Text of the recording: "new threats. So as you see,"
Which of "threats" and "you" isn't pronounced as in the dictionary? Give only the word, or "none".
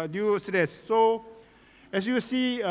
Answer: threats